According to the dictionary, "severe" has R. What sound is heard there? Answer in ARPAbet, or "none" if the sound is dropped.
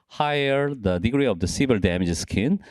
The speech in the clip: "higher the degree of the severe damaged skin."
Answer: L